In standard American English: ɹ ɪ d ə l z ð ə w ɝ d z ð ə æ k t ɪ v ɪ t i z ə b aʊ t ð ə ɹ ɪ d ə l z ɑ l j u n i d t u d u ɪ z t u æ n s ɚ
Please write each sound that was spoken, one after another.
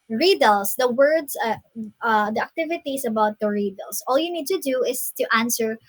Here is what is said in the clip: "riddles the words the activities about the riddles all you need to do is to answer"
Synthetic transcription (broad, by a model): ɹ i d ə l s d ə w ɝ d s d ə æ k t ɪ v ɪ t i s ə b aʊ t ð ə ɹ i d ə l s ɑ l j u n i d t u d u ɪ s t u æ n s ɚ